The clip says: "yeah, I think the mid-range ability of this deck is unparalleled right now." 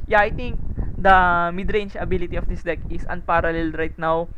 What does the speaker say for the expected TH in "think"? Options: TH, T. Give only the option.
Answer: T